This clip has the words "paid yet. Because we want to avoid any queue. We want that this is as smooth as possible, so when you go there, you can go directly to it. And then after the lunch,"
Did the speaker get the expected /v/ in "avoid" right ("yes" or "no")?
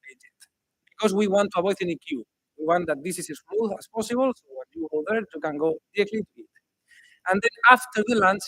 no